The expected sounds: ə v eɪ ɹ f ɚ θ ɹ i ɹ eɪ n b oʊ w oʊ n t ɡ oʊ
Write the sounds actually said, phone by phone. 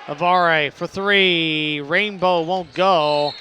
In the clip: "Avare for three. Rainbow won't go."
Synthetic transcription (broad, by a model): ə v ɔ ɹ f ɚ θ ɹ i ɹ eɪ n b oʊ w oʊ n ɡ oʊ